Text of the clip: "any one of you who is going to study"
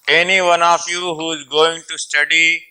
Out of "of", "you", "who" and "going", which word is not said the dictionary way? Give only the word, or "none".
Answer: of